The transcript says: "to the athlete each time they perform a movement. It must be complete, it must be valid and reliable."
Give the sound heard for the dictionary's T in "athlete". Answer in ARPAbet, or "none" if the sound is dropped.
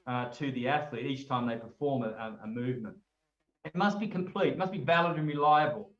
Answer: T